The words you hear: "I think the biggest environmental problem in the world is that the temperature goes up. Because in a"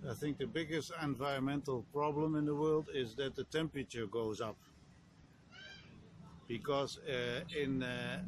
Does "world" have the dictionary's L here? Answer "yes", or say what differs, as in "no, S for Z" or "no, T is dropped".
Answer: yes